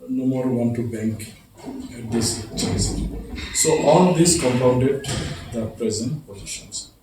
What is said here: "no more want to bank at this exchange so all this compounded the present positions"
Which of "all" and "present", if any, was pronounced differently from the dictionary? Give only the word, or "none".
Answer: none